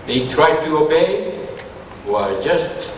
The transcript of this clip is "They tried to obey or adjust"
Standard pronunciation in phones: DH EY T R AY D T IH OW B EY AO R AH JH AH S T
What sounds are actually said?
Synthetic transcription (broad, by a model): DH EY T R AY D T IH OW B EY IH W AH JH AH S T